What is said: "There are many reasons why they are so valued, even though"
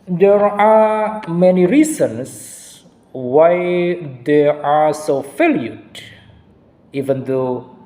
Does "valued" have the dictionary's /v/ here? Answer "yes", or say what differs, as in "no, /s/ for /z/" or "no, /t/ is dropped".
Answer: no, /f/ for /v/